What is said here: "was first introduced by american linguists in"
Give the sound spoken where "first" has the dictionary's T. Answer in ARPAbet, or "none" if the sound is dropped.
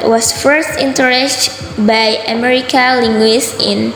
T